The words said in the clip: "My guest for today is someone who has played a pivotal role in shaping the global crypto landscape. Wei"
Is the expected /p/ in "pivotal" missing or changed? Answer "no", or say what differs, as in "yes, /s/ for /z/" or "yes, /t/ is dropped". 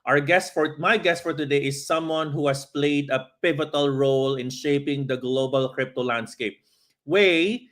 no